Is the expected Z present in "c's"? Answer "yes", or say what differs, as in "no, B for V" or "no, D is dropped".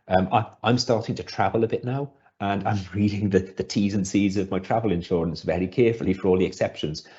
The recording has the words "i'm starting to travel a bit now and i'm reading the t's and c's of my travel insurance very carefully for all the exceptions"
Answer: yes